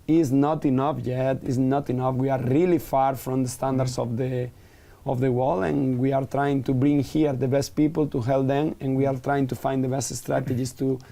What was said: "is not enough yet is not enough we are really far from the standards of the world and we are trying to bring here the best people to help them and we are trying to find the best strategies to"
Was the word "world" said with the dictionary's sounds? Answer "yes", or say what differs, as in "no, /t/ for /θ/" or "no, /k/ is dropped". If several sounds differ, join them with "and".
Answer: no, /d/ is dropped